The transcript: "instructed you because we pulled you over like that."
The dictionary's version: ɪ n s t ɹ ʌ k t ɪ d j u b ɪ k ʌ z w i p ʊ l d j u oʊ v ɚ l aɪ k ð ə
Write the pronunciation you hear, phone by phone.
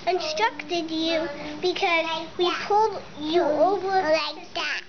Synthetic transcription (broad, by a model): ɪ n s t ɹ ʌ k t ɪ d j u b ɪ k ʌ z w i p ʊ l d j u oʊ v ɚ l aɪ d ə